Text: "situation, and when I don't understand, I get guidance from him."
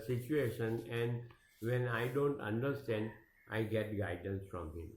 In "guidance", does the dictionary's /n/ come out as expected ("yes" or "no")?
yes